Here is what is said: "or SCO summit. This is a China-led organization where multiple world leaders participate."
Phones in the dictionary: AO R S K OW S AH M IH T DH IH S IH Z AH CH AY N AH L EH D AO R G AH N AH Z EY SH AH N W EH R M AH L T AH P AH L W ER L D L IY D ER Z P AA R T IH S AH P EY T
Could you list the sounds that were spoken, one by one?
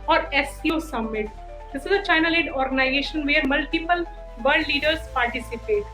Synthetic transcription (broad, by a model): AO R S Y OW S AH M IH T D IH S IH Z AH CH AY N AH L EH D AO R G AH N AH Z EY SH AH N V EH R M AH L T AH P AH L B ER D L IY D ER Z P AA R T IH S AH P EY T